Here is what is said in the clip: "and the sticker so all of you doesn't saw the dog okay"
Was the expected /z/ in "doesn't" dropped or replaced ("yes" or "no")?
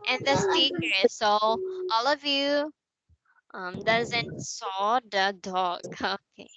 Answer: no